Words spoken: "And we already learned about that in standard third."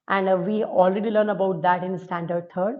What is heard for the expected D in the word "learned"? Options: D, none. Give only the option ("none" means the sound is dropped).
none